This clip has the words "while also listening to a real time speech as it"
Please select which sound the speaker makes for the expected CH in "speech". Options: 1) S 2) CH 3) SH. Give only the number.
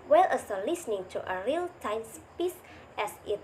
1